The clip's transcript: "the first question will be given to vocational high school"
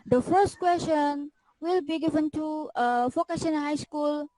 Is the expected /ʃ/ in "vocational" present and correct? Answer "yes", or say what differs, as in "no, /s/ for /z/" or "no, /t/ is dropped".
no, /s/ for /ʃ/